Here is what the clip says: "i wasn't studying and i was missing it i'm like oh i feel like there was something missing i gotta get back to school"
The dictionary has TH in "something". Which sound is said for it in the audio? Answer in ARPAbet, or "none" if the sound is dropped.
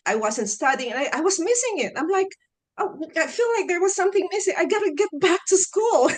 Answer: TH